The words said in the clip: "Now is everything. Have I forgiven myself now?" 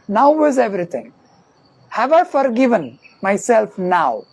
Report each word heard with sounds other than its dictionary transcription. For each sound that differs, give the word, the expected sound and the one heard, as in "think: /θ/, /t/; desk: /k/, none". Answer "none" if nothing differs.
everything: /θ/, /t/